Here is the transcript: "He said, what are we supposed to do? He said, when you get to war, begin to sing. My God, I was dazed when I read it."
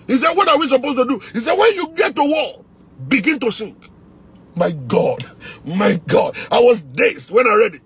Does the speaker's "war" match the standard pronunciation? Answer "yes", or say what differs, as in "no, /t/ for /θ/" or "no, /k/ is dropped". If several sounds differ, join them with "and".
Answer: no, /l/ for /ɹ/